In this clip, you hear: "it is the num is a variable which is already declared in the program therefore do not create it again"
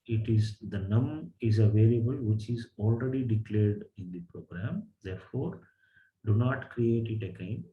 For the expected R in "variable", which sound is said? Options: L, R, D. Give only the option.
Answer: L